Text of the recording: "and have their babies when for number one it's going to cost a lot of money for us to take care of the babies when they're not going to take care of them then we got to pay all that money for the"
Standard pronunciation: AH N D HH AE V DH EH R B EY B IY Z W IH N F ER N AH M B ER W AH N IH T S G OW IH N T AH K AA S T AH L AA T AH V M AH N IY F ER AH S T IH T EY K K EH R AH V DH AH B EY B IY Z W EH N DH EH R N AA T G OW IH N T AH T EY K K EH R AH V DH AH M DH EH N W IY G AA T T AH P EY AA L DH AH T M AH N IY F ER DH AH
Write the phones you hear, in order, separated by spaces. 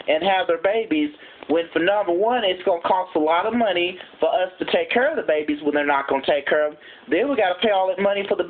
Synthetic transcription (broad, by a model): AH N HH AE V DH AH R B EY B IY Z W IH N F ER N AH M B ER W AH N IH T S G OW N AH K AA S T AH L AA T AH V M AH N IY F ER AH S T IH T EY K K EH R AH V DH AH B EY B IY Z W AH N DH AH R N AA T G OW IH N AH T EY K K EH R AH V DH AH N W IY G AA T T AH P EY AA L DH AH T M AH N IY F ER DH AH